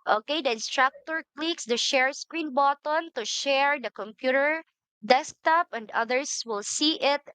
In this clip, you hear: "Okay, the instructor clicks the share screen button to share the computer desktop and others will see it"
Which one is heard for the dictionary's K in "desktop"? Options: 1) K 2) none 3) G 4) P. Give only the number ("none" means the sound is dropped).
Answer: 1